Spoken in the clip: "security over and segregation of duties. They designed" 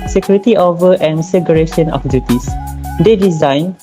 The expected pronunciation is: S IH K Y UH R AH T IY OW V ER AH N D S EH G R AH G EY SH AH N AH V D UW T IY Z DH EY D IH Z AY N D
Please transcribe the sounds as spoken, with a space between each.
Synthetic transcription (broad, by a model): S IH K Y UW R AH T IY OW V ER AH N S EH G AH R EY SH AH N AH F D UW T IY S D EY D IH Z AY N